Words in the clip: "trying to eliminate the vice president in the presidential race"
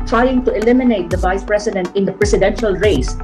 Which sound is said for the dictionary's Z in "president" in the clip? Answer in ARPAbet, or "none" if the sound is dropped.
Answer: S